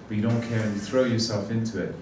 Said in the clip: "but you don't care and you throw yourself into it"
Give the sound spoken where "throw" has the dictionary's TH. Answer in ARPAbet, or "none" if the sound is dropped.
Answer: TH